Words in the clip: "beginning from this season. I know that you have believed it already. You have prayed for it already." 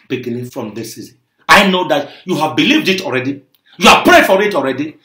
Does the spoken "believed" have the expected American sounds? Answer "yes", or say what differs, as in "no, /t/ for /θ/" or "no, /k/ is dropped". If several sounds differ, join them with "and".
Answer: yes